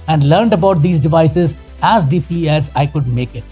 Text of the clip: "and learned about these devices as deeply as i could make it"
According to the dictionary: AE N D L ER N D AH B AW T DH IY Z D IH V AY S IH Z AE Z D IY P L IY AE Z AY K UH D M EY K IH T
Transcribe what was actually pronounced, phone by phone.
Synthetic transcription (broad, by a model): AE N D L ER N D AH B AW T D IY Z D IH V AY S IH Z AE Z D IY P L IY AE Z AY K UH D M EY K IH T